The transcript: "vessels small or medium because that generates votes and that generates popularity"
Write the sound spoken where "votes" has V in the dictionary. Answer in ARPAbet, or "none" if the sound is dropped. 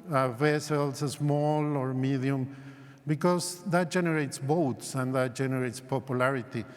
B